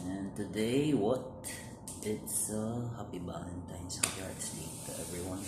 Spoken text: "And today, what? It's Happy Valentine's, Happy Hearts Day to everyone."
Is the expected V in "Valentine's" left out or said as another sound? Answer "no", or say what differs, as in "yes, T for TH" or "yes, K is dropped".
yes, B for V